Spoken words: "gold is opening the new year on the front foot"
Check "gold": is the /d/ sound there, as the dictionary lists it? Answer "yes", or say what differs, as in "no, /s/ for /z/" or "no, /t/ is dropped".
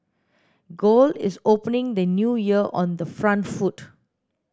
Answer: no, /d/ is dropped